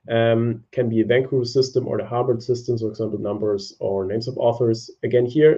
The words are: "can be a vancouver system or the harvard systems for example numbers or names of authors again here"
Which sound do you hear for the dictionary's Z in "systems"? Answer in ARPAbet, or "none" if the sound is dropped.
none